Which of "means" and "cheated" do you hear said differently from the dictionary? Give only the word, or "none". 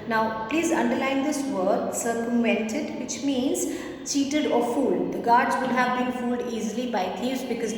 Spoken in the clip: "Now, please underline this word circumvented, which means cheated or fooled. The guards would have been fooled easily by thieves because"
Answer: none